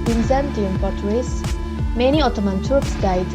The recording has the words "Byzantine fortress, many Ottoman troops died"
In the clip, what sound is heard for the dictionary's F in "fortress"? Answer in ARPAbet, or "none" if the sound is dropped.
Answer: P